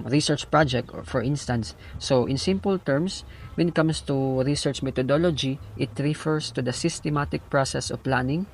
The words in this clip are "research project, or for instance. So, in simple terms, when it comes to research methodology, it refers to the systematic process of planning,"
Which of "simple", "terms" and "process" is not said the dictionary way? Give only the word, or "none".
terms